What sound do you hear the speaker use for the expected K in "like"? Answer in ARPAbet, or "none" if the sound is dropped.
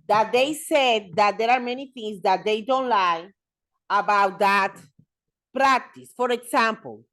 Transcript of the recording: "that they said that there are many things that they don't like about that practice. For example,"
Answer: none